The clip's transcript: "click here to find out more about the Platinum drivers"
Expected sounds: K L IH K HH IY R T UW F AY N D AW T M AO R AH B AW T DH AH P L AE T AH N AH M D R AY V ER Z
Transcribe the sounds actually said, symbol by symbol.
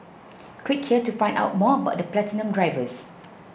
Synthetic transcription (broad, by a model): K W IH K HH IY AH T UW F AY N D AW T M AO AH B AW T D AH P L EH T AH N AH M D R AY V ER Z